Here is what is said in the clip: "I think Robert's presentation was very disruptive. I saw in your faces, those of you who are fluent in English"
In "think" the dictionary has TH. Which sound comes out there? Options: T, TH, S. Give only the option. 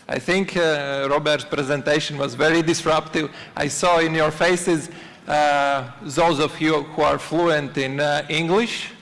TH